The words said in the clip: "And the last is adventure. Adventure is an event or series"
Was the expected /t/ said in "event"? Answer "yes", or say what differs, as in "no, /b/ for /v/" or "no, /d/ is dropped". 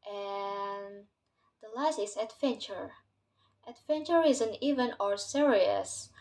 no, /t/ is dropped